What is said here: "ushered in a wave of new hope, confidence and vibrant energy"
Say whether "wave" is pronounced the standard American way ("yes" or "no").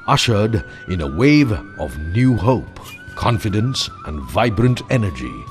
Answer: yes